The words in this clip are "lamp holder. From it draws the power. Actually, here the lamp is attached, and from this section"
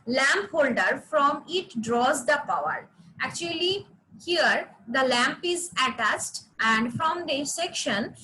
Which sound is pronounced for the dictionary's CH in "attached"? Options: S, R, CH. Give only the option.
S